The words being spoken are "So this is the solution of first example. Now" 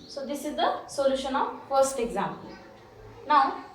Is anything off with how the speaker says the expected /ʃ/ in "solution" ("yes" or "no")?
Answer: no